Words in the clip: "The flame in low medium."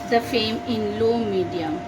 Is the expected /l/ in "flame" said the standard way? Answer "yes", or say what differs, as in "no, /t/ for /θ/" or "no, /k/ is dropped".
no, /l/ is dropped